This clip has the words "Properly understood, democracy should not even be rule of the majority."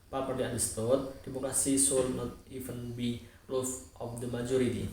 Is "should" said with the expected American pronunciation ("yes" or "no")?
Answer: no